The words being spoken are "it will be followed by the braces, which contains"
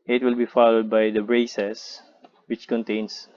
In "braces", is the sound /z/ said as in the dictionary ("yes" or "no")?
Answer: no